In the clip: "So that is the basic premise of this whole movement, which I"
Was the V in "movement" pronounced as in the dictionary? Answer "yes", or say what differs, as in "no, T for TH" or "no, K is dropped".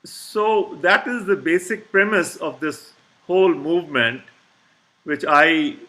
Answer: yes